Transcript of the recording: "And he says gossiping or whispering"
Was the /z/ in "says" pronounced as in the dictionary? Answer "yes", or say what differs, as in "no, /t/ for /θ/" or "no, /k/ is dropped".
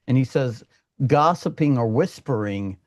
yes